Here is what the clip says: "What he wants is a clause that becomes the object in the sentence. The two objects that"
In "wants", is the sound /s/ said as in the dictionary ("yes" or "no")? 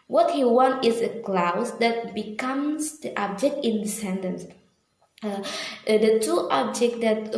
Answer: no